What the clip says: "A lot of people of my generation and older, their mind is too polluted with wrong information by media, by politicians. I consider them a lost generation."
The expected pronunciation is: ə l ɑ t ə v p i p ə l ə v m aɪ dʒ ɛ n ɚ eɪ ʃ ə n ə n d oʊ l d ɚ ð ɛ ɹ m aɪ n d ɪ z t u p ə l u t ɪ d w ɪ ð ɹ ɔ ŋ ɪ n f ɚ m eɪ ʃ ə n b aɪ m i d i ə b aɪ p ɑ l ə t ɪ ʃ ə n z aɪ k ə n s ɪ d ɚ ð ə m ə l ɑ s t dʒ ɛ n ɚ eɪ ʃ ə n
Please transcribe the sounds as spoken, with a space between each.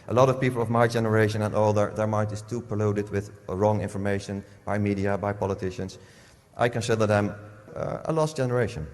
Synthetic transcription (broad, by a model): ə l ɑ t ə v p i p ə l ə v m aɪ dʒ ɛ n ɚ eɪ ʃ ə n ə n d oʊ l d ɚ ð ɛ ɹ m aɪ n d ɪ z t u p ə l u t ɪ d w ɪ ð ɹ ɔ ŋ ɪ n f ɚ m eɪ ʃ ə n b aɪ m i d i ə b aɪ p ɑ l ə t ɪ ʃ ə n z aɪ k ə n s ɪ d ɚ ð ə m ə l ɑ s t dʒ ɛ n ɚ eɪ ʃ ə n